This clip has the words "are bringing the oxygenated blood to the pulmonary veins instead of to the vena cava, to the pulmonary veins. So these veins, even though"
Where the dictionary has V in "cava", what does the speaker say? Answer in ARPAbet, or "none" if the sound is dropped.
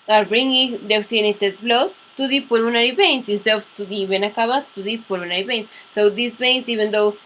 B